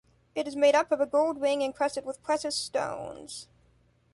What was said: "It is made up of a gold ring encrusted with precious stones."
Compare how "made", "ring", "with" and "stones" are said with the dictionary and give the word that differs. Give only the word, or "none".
ring